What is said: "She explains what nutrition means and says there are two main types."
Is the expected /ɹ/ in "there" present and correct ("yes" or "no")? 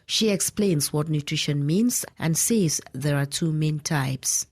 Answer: yes